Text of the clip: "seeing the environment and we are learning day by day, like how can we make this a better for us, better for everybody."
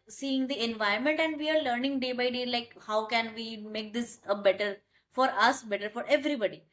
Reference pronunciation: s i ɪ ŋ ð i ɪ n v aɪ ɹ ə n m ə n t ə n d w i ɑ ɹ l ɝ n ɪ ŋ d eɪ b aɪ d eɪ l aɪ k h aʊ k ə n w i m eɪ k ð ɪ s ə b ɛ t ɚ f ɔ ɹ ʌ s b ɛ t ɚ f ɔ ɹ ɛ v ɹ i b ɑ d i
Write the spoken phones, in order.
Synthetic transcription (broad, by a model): s i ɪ ŋ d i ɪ n v aɪ ə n m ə n t ə n d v i ɑ ɹ l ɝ n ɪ ŋ d eɪ b aɪ d eɪ l aɪ k h aʊ k ə n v i m eɪ k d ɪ s ə b ɛ t ɚ f ɔ ɹ ʌ s b ɛ t ɚ f ɔ ɹ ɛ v ɹ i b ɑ d i